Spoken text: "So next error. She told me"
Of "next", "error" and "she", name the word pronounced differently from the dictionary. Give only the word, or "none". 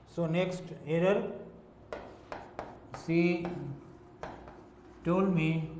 she